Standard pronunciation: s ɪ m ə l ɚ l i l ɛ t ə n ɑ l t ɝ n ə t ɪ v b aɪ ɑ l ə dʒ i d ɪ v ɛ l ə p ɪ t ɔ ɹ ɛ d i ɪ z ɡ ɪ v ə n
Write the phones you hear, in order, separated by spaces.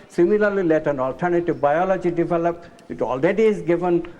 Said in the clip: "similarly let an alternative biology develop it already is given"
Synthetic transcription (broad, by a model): s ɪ m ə l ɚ l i l ɛ t ə n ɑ l t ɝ n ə t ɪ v b aɪ ɑ l ə dʒ i d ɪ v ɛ l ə p ɪ t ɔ l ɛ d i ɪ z ɡ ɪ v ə n